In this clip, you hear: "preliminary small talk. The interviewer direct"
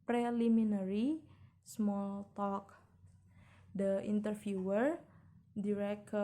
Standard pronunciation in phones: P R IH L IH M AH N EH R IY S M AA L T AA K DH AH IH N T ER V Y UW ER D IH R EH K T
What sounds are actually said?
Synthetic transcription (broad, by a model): P R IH L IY M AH N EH R IY S M AA L T AA K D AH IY N T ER F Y UW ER D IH R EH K